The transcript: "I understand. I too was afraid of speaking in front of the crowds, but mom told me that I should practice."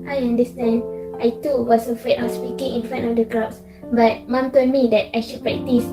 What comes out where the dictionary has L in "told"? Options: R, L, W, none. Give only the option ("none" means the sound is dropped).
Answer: none